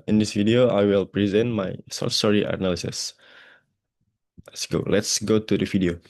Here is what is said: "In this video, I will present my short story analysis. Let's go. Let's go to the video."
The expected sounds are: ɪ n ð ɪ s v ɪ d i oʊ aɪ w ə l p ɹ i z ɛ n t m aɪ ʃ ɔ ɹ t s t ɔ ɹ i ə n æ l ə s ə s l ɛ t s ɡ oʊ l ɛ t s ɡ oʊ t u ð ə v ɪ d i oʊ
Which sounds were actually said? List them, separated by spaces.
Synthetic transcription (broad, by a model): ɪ n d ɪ s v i d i oʊ aɪ w ə l p ɹ i z ɛ n t m aɪ s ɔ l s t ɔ ɹ i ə n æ l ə s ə s l ɛ t s ɡ oʊ l ɛ t s ɡ oʊ t u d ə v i d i oʊ